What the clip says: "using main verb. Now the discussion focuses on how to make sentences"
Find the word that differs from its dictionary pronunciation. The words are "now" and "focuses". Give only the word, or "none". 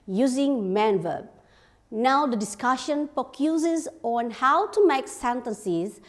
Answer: focuses